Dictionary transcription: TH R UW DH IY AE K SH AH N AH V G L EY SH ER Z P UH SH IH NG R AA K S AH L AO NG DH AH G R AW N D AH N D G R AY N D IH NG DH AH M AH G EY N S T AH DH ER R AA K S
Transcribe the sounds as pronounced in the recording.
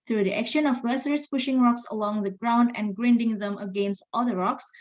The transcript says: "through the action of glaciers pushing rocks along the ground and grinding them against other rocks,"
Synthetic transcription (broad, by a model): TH R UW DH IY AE K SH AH N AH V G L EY S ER S P UH SH IH NG R AA K S AH L AO NG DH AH G R AW N D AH N G R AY N D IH NG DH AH M AH G EY N S T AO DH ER R AA K S